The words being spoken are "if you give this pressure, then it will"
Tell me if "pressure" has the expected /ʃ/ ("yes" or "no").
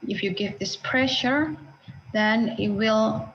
yes